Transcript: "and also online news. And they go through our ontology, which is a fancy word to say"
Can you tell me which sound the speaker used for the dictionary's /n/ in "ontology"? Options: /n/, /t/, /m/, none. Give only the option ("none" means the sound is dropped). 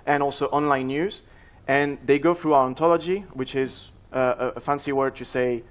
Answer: /n/